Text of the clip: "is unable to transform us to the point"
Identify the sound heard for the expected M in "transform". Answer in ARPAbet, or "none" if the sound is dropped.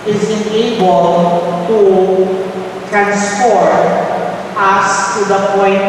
none